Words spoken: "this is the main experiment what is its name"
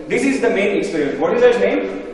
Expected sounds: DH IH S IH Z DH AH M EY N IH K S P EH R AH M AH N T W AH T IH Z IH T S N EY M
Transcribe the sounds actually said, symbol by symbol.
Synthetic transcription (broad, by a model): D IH S IH Z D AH M EY N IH K S P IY R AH AH N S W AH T IH Z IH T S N EY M